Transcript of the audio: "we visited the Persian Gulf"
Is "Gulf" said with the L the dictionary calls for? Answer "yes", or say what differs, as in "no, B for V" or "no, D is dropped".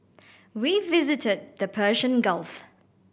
yes